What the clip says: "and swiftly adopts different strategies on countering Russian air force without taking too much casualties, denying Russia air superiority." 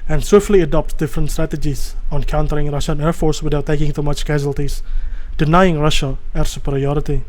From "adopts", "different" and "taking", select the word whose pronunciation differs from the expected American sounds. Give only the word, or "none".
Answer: adopts